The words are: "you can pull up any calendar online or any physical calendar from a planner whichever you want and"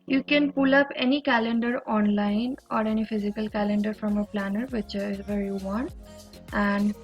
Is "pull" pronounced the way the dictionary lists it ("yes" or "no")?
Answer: yes